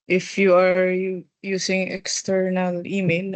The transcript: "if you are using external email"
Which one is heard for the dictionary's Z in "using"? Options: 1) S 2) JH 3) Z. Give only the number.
1